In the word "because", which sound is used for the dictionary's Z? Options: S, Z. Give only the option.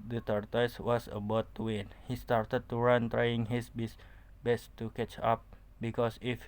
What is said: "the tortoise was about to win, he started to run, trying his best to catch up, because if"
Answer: S